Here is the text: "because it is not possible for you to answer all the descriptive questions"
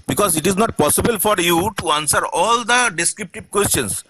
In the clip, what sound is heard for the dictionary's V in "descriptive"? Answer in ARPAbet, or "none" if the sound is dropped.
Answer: B